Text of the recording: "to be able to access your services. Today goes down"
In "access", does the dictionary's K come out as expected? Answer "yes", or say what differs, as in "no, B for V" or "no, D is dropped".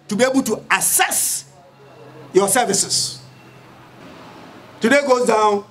no, K is dropped